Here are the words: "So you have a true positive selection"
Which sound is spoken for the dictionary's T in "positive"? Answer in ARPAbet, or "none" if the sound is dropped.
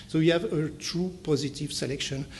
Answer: T